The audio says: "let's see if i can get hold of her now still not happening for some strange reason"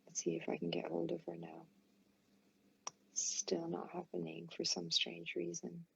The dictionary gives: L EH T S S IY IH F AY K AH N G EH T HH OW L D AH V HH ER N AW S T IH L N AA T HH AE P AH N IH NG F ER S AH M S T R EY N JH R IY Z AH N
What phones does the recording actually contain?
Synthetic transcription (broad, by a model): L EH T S S IY IH F AY K N G EH T HH OW L D AH V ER N AW S T IH L N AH T HH AE P AH N IH NG F ER S AH M S T R EY N JH R IY Z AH N